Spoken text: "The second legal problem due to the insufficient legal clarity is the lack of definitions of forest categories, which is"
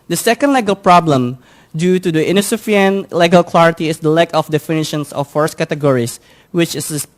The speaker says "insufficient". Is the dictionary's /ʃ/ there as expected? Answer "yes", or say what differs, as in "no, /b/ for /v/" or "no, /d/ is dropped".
no, /ʃ/ is dropped